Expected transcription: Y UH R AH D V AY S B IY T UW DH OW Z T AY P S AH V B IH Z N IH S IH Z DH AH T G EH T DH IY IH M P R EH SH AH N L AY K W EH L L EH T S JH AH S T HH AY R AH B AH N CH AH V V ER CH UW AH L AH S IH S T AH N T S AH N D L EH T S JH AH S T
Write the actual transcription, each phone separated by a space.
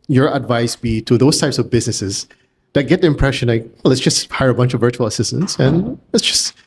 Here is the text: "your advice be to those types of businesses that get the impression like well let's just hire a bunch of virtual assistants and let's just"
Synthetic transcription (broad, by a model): Y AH R AH D V AY S B IY T UW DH OW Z T AY P S AH V B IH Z N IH S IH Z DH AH T G EH T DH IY IH M P R EH SH AH N L AY K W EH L L EH T S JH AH S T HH AY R AH B AH N CH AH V V ER CH UW AH L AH S IH S T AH N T S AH N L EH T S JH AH S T